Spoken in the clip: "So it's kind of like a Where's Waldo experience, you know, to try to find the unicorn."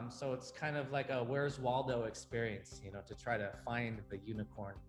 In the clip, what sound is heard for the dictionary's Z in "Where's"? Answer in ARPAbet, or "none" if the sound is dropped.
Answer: Z